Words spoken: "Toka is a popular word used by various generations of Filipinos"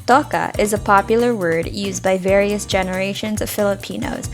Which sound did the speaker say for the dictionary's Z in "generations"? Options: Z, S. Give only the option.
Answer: Z